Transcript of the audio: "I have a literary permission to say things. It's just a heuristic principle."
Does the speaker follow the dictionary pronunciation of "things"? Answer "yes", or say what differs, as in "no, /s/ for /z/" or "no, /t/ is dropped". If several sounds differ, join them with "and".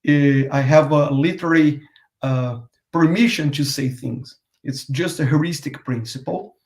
yes